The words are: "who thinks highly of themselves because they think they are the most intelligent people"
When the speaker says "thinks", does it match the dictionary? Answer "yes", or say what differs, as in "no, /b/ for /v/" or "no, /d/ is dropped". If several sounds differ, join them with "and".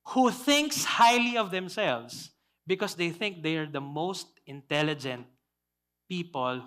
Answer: yes